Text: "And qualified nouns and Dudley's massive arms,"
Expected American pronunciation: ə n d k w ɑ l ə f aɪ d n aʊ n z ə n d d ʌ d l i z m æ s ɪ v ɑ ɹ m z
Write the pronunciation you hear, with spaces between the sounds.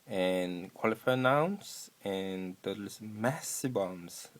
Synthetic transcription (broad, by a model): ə n k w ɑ l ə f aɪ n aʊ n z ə n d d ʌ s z m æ s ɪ b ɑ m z